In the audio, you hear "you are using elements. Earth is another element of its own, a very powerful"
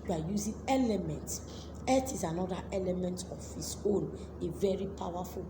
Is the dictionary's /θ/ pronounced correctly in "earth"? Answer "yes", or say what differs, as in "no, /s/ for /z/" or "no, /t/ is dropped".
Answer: no, /t/ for /θ/